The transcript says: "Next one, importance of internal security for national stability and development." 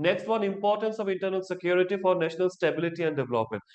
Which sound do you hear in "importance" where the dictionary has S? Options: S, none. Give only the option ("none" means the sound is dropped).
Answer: S